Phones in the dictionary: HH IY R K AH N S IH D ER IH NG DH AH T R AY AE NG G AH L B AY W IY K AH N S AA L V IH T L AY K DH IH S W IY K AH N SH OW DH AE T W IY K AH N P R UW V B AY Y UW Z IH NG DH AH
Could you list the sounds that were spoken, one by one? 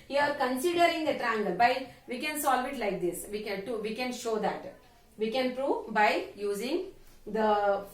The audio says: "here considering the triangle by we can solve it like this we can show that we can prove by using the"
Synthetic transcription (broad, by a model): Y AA R K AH N S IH D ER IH NG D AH T R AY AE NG G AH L B AY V IY K AH N S AA L V IH T L AY K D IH S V IY K AH N SH OW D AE T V IY K AH N P R UW V B AY Y UW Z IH NG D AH